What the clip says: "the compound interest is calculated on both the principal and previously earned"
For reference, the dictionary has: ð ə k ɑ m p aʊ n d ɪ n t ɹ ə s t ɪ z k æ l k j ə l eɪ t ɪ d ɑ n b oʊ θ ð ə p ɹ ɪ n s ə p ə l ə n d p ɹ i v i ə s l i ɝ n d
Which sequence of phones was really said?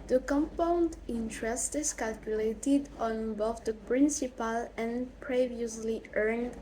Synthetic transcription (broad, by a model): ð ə k ɑ m p aʊ n d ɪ n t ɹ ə s t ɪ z k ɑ l k j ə l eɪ t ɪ d ɑ n b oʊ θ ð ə p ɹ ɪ n s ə p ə l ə n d p ɹ i v i ə s l i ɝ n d